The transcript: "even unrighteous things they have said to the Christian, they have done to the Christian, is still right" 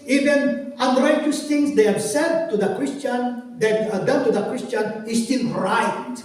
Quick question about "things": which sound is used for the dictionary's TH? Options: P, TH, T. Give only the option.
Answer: T